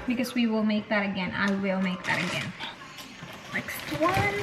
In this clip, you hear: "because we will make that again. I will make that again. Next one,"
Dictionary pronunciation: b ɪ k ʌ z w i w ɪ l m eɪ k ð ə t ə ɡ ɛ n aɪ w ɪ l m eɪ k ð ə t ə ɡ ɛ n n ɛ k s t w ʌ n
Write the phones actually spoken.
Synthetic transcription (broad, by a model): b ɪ k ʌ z w i w ɪ l m eɪ k ð ə t ə ɡ ɛ n aɪ w ɪ l m eɪ k ð ə t ə ɡ ɛ n l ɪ k s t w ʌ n